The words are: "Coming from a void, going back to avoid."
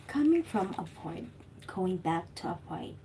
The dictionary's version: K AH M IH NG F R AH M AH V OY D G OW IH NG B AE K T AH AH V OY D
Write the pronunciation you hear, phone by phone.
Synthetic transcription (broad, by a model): K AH M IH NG F R AH M AH F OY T G OW IH NG B AE K T AH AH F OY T